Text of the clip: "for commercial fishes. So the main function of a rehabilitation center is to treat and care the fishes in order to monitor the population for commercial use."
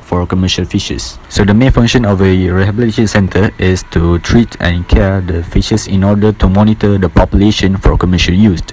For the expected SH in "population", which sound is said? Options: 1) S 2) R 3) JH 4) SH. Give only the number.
4